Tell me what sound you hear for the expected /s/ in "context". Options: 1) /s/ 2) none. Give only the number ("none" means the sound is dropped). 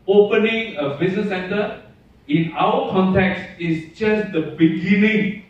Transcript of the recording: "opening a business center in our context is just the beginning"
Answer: 1